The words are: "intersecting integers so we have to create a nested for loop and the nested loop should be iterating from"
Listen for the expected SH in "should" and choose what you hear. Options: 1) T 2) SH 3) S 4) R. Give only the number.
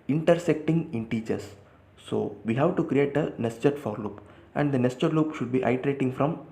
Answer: 2